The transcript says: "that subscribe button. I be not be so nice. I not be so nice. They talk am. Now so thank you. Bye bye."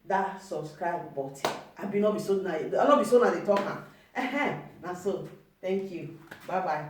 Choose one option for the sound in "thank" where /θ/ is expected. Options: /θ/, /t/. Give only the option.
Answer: /t/